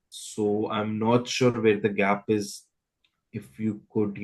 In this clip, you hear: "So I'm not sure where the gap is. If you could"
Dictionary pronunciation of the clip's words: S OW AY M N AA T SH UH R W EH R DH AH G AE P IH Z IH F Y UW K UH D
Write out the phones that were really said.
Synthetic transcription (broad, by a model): S OW AY M N AA T SH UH R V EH R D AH G AE P IH Z IH F Y UW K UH D